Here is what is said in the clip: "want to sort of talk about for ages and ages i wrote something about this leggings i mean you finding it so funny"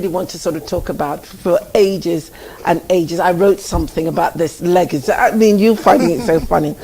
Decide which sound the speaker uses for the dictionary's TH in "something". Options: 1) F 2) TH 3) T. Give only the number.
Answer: 2